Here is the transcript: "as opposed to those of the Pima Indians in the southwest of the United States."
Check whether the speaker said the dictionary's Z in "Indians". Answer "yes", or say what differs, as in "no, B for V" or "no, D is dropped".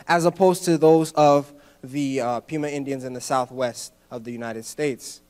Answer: yes